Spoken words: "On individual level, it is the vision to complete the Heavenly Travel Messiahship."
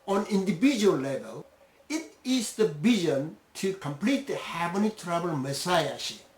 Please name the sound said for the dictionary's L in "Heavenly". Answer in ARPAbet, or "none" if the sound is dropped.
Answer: none